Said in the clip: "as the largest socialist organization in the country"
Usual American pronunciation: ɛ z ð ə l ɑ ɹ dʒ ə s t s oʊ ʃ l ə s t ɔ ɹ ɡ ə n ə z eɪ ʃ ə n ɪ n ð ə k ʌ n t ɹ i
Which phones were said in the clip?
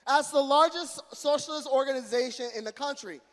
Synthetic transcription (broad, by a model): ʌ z ð ə l ɑ ɹ dʒ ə s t s oʊ ʃ l ə s t ɔ ɹ ɡ ə n ə z eɪ ʃ ə n ɪ n ð ə k ʌ n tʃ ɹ i